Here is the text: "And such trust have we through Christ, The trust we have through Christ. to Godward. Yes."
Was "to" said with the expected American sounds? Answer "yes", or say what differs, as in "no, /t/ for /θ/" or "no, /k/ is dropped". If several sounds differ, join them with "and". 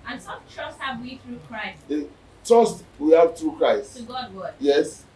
no, /s/ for /t/